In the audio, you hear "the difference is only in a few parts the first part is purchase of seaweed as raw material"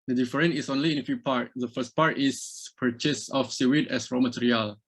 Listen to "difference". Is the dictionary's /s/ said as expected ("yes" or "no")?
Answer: no